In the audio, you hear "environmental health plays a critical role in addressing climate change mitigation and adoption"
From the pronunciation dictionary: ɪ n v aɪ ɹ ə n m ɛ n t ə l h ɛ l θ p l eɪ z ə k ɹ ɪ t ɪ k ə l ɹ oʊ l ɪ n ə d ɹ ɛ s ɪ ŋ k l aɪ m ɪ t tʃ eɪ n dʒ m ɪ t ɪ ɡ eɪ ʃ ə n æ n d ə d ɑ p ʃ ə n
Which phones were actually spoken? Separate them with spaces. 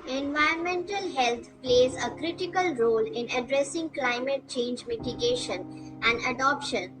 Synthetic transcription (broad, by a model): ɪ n v aɪ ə n m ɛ n t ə l h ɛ l t p l eɪ z ə k ɹ ɪ t ɪ k ə l ɹ oʊ l ɪ n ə d ɹ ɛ s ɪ ŋ k l aɪ m ɪ t tʃ eɪ n dʒ m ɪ t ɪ ɡ eɪ ʃ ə n æ n d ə d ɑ p ʃ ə n